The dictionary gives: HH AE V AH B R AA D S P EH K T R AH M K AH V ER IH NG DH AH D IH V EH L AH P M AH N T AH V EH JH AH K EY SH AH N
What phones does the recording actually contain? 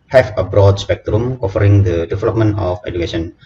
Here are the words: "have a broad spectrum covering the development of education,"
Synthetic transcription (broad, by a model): HH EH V AH B R AA D S P EH K T R AH M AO F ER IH NG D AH D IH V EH L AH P M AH N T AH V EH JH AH K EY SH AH N